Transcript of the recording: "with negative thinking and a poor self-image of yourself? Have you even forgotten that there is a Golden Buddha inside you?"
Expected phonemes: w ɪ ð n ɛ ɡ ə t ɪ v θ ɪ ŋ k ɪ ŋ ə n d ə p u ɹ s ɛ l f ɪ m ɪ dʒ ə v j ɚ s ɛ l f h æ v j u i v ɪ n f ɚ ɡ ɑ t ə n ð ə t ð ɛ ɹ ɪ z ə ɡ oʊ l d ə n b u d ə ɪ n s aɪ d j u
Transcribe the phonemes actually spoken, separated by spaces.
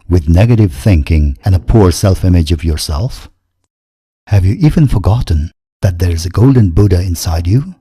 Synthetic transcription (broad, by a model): w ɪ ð n ɛ ɡ ə t ɪ v θ ɪ ŋ k ɪ ŋ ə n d ə p u ɹ s ɛ l f ɪ m ɪ dʒ ə v j ɚ s ɛ l f h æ v j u i v ɪ n f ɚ ɡ ɑ t n ð ə t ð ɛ ɹ ɪ z ə ɡ oʊ l d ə n b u d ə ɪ n s aɪ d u